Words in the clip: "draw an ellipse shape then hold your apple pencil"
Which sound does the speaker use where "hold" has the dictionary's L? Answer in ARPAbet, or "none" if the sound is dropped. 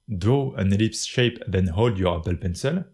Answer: L